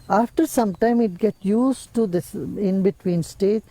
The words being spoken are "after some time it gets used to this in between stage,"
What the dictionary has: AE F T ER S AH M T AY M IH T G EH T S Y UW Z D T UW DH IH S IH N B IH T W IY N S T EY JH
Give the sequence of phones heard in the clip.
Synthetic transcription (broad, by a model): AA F T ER S AH M T AY M IH T G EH T Y UW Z T UW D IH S IH N B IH T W IY N S T EY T